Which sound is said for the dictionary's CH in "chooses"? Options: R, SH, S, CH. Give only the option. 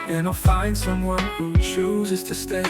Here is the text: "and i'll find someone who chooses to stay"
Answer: CH